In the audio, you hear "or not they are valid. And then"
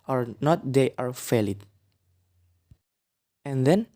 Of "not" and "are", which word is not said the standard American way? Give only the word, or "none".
none